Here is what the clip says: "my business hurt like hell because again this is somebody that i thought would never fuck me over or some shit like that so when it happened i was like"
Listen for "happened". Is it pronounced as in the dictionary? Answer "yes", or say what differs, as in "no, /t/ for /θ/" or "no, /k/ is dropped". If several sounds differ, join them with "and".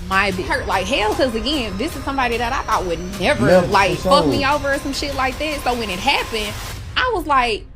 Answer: no, /d/ is dropped